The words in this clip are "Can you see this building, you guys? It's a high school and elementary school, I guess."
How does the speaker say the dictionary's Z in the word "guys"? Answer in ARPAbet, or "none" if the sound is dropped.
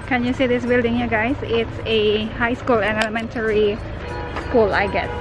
S